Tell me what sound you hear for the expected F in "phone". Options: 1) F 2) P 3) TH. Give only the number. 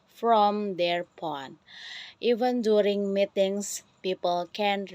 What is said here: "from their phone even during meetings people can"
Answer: 2